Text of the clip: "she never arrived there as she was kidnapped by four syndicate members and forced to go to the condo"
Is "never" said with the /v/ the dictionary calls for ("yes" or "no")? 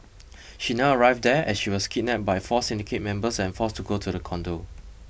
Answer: no